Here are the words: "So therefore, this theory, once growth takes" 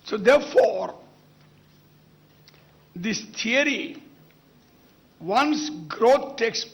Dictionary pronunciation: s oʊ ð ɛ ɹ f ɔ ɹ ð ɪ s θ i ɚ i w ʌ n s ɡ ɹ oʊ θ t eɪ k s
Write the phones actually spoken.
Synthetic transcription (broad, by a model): s oʊ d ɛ ɹ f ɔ ɹ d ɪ s t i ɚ i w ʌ n s ɡ ɹ oʊ t t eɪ k s